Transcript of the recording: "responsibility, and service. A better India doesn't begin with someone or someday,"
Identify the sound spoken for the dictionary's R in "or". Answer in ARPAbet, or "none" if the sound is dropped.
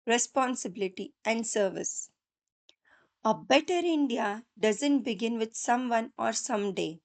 R